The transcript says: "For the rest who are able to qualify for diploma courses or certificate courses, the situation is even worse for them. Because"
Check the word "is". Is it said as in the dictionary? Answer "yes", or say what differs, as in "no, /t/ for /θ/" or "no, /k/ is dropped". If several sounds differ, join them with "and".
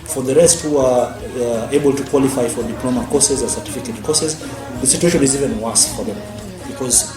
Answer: yes